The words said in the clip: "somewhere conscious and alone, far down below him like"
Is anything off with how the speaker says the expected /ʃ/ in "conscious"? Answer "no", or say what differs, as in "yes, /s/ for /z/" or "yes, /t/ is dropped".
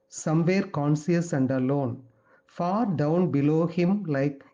yes, /s/ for /ʃ/